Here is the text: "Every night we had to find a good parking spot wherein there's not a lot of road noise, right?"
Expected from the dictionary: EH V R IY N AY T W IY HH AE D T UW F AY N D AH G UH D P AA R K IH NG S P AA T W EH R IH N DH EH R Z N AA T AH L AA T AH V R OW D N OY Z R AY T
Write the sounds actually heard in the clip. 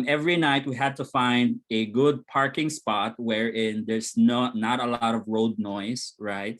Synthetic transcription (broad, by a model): EH V R IY N AY T W IY HH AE D T UW F AY N D AH G UH D P AA R K IH NG S P AA T W EH R IH N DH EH R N N AA T AH L AA T AH V R OW D N OY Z R AY T